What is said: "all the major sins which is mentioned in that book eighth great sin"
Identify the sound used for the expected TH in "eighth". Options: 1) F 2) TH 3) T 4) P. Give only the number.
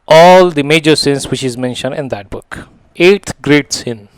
3